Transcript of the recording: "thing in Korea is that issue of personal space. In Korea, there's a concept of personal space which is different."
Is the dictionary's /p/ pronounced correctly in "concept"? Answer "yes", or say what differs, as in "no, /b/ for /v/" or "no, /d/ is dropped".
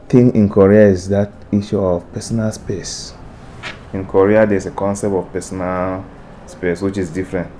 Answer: yes